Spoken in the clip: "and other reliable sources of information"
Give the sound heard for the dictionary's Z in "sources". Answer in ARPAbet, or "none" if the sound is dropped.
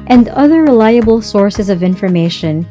Z